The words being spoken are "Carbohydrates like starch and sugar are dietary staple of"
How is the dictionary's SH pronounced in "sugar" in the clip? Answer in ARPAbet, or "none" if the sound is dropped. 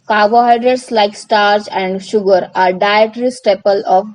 SH